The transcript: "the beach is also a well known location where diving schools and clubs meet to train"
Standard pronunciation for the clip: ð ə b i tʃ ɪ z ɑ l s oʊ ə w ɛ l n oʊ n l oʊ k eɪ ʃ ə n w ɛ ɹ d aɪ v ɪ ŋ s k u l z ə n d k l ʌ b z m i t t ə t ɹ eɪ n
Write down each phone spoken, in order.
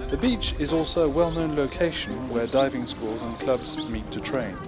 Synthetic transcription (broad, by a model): ð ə b i tʃ ɪ z ɑ l s oʊ ə w ɛ l n oʊ n l oʊ k eɪ ʃ ə n w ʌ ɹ d aɪ v ɪ ŋ s k u l z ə n k l ʌ b z m i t t ə t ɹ eɪ n